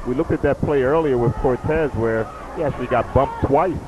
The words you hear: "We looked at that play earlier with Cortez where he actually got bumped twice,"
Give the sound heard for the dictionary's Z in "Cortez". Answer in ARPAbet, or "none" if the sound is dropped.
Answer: Z